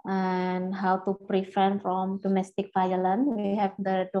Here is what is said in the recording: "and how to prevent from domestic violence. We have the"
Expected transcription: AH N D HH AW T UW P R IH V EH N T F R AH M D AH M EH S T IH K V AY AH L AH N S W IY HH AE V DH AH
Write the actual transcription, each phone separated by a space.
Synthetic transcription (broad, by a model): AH N HH AW T UW P R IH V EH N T F R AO M D AH M EH S T IH K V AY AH L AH N W IY HH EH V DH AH